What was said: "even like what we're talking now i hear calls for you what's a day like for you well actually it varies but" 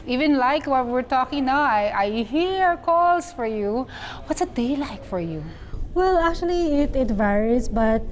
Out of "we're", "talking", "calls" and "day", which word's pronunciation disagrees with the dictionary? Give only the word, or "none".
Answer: calls